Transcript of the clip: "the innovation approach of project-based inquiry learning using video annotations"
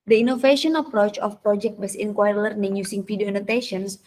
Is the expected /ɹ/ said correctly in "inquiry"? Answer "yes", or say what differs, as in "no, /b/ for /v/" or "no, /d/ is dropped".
no, /ɹ/ is dropped